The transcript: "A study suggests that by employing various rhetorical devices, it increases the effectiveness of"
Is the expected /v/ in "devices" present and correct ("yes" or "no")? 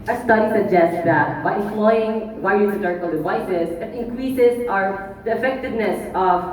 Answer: yes